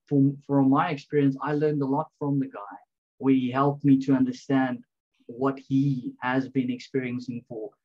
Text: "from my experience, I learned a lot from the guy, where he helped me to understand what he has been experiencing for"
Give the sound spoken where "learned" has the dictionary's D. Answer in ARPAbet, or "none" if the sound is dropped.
D